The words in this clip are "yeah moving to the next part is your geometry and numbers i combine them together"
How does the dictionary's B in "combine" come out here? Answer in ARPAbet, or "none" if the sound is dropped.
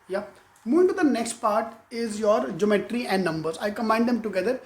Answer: none